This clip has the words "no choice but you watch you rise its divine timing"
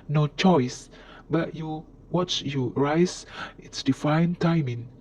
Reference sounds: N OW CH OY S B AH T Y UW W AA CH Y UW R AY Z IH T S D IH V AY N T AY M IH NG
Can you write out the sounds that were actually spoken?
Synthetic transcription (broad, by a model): N OW CH OY S B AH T Y UW W AA CH Y UW R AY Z IH T S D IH F AY N T AY M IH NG